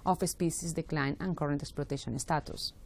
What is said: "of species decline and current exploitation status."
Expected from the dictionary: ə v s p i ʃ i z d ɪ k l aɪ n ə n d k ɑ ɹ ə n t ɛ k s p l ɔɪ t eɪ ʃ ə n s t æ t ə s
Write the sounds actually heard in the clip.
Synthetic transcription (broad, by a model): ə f s p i s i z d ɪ k l aɪ n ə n k ɑ ɹ ə n t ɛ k s p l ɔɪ t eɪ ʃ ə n s t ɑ t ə s